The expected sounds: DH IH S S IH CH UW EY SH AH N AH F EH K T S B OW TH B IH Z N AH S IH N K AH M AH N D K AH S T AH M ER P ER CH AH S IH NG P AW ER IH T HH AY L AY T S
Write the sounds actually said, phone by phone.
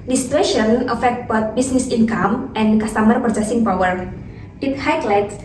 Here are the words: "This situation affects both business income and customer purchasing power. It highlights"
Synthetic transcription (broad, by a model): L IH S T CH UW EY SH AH N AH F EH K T B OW T B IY S N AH S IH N K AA M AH N K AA S T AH M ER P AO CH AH S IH NG P AW ER IH T HH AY L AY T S